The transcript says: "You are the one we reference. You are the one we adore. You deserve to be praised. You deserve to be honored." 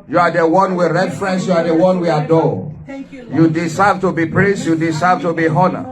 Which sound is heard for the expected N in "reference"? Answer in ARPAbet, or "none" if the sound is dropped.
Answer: N